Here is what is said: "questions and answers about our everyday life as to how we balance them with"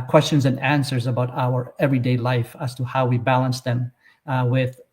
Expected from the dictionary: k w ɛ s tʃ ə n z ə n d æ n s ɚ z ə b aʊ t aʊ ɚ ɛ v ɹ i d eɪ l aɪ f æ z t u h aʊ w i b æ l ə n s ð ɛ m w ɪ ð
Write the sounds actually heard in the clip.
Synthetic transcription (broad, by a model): k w ɛ s tʃ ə n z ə n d æ n s ɚ z ə b aʊ t aʊ ɚ ɛ v ɹ i d eɪ l aɪ f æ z t u h aʊ w i b æ l ə n s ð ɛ m w ɪ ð